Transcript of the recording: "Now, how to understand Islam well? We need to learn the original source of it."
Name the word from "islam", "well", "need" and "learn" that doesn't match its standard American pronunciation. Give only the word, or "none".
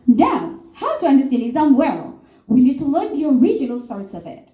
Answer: islam